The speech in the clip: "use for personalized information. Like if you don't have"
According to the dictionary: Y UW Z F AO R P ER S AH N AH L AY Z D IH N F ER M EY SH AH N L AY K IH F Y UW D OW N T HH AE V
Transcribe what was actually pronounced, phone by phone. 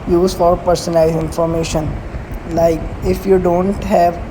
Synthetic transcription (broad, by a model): Y UW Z F AO R P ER S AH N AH IH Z IH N F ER M EY SH AH N L AY K IH F Y UW D OW N T HH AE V